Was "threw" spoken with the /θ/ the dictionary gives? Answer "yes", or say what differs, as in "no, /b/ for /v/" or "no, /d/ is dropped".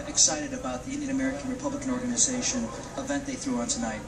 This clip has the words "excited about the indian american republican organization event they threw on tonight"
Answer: yes